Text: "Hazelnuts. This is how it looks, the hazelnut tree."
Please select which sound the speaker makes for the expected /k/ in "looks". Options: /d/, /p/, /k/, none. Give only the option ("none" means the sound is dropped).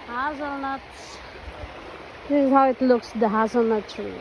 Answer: /k/